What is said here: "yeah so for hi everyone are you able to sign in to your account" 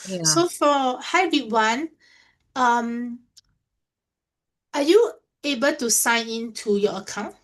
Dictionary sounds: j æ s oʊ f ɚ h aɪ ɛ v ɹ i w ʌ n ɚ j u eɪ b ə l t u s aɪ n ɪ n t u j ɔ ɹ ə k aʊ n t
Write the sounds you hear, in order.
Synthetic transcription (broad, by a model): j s s oʊ f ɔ h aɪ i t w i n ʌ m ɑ j u eɪ b ə l t u s aɪ n ɪ n t u j ɔ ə k aʊ n t